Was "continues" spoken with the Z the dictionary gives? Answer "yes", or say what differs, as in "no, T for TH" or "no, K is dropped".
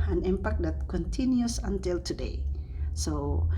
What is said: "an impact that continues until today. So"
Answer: no, S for Z